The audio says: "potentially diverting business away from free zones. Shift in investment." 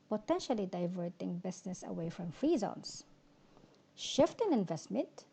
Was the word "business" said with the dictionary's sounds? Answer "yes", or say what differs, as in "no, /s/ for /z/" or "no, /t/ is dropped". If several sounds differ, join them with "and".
no, /s/ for /z/